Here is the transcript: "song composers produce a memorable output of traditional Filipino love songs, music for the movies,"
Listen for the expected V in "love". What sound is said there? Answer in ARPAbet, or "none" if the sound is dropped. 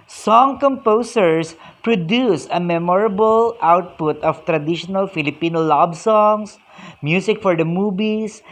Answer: B